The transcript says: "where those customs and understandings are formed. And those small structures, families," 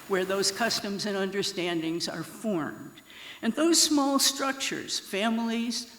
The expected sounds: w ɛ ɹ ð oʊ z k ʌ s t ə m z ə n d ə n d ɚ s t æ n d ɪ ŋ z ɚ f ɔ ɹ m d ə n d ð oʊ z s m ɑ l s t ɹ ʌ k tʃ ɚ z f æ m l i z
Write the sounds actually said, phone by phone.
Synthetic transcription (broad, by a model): w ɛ ɹ ð oʊ z k ʌ s t ə m z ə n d ə n d ɚ s t æ n d ɪ ŋ z ɚ f ɔ ɹ m d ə n ð oʊ z s m ɑ l s t ɹ ʌ k tʃ ɚ z f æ m l i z